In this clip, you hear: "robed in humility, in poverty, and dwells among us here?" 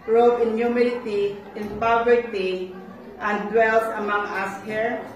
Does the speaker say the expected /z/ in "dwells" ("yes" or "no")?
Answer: no